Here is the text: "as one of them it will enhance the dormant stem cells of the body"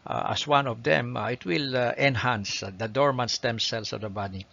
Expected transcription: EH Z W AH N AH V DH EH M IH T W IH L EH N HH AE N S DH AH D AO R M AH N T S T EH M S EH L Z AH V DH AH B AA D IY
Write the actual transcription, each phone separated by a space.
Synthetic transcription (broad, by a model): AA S W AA N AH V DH EH M IH T W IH L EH N HH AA N S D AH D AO R M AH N S T EH M S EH L S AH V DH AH B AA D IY